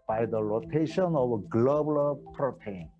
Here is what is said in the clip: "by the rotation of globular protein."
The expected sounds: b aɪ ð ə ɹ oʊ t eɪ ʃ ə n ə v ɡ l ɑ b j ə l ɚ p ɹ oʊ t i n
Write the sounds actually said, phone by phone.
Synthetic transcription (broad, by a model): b aɪ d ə l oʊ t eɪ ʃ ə n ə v ɡ l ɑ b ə l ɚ p ɹ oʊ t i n